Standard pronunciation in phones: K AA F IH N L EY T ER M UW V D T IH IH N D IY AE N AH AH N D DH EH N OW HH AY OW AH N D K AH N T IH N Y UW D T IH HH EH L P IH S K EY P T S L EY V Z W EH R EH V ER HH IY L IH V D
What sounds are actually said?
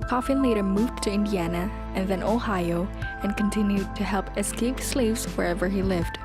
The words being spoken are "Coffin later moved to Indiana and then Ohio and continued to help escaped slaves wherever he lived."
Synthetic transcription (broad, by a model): K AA F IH N L EY T ER M UW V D T IH IH N D IY AE N AH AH N DH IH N OW HH AY OW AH N K AH N T IH N Y UW D T IH HH EH L P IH S K EY P S L EY V Z W EH R EH V ER IY L IH V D